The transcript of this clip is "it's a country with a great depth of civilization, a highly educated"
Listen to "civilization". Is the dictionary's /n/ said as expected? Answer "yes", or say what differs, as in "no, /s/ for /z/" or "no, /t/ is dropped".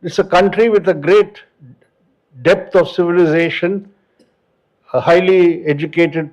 yes